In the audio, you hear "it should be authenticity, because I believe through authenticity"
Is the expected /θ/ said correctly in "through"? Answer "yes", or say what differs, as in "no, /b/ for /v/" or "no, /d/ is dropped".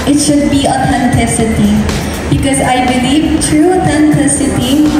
no, /t/ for /θ/